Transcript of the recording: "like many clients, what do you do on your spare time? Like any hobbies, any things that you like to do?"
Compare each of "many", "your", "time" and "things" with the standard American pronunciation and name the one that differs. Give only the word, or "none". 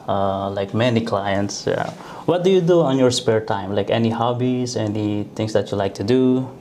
things